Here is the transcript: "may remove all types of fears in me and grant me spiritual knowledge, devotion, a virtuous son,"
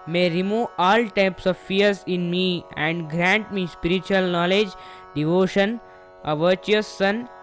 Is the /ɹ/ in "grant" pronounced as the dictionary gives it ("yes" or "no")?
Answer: yes